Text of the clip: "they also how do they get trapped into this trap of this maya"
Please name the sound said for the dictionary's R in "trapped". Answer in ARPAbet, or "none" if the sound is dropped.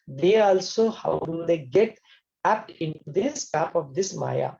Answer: none